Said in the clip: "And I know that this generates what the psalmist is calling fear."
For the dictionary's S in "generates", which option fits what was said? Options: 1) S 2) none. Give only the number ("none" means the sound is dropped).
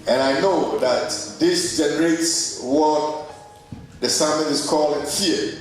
1